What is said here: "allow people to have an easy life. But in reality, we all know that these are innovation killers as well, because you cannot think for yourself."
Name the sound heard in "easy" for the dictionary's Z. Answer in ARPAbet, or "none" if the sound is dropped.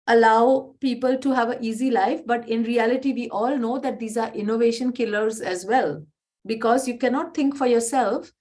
Z